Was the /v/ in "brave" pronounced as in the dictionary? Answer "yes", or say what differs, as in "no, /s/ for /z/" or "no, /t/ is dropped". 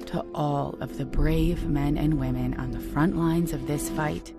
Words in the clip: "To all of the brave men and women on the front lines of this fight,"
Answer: yes